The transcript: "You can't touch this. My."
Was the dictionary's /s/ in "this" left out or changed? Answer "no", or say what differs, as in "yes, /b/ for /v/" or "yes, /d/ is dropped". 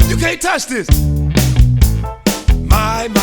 no